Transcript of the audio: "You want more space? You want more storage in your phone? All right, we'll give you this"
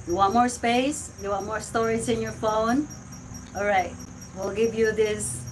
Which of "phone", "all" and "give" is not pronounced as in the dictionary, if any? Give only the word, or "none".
none